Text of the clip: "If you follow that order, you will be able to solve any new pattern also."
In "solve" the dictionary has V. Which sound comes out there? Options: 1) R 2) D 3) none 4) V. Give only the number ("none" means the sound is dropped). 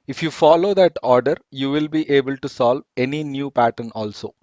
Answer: 4